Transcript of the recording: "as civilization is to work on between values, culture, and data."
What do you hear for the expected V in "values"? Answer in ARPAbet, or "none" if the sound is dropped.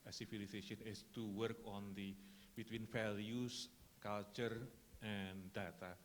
F